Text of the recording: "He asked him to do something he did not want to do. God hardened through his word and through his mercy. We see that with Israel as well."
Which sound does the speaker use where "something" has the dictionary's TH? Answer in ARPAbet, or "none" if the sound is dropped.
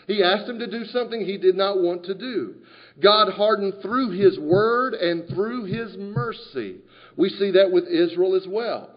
TH